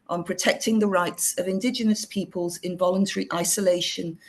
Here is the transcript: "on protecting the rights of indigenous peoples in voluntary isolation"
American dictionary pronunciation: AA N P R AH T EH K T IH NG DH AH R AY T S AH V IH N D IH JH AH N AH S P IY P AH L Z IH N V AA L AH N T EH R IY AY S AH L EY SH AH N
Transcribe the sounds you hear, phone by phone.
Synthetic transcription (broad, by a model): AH N P R AH T EH K T IH NG DH AH R AY T S AH V IH N D IH JH AH N AH S P IY P AH L Z IH N V AA L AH N T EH R IY AY S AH L EY SH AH N